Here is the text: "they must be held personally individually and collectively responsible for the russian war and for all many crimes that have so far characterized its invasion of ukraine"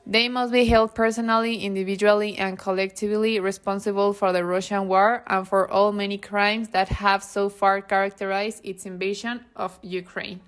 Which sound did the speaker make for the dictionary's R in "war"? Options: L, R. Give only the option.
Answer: R